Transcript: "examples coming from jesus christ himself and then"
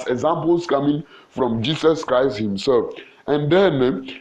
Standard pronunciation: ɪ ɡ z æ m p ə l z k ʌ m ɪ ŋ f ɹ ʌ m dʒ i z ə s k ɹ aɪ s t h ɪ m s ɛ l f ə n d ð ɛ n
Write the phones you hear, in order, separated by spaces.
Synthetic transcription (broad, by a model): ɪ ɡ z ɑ m p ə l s k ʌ m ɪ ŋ f ɹ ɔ m dʒ i s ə s k ɹ aɪ s t h ɪ m s ɛ l f ə n d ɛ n